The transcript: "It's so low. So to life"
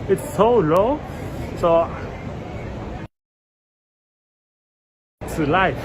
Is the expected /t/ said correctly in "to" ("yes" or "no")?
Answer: no